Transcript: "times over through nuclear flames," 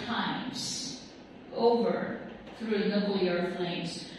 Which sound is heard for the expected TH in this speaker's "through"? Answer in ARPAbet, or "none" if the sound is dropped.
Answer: TH